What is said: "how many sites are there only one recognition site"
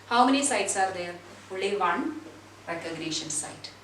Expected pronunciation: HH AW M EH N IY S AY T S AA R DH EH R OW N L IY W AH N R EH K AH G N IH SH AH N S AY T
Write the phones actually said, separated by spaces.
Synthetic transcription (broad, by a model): HH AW M EH N IY S AY T S AA R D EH R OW L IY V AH N R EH K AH G N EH SH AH N S AY T